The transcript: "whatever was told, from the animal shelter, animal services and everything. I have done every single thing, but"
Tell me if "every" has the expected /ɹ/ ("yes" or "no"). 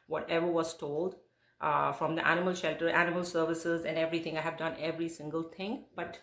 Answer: yes